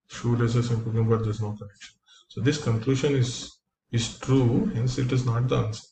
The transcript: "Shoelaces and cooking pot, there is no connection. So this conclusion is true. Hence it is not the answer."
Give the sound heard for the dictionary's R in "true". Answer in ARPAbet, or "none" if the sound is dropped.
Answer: R